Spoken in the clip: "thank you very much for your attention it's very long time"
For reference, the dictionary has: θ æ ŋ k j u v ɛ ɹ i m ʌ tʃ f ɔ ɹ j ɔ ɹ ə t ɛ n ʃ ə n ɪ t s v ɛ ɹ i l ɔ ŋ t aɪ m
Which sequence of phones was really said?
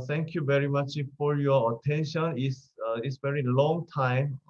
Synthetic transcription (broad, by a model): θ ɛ ŋ k j u v ɛ ɹ i m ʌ tʃ f ɔ ɹ j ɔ ə t ɛ n ʃ ə n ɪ s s v ɛ ɹ i l ɔ ŋ t aɪ m